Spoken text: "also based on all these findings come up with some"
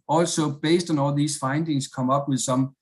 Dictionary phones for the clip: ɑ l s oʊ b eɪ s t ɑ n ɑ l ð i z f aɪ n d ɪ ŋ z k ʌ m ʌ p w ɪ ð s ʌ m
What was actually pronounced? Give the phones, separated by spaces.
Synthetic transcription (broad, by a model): ɑ l s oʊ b eɪ s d ɑ n ɑ l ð i s f aɪ n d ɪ ŋ s k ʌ m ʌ b w ɪ ð s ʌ m